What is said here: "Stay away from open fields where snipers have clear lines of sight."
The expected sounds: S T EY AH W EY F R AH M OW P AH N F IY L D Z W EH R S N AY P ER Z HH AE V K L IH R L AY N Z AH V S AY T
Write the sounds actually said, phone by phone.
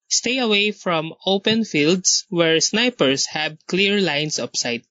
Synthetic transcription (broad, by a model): S T EY AH W EY F R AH M OW P AH N F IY L D S W EH R S N AY P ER S HH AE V K L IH R L AY N S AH P S AY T